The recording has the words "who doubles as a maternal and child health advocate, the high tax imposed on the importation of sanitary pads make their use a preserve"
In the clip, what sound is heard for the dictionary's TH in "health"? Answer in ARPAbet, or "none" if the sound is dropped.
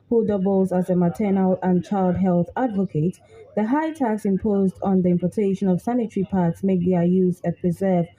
TH